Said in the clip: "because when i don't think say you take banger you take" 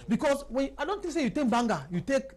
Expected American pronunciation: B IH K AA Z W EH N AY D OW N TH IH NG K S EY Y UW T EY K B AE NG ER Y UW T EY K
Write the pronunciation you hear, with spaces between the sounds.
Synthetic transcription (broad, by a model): B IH K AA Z W EH N AY D OW N T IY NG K S EY Y UW T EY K B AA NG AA Y UW T EY K